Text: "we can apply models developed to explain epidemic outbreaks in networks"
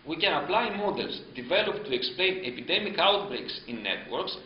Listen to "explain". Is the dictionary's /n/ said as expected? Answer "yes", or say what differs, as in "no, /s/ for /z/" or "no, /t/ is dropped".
yes